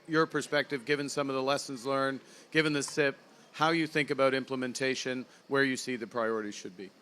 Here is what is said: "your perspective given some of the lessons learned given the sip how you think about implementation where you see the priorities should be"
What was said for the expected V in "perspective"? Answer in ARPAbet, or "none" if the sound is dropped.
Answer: V